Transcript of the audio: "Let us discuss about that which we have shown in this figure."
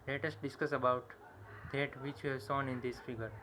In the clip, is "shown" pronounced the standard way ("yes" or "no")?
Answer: no